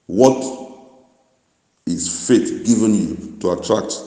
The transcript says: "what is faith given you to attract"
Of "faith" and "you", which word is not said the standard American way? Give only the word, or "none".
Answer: faith